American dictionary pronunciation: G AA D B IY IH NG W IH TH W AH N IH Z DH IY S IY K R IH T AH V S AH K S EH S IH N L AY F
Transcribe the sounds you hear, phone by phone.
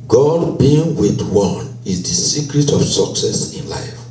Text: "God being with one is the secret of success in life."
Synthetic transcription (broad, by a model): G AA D B IY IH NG W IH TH W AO N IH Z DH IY S IY K R IH T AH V S AH K S EH S IH N L AY F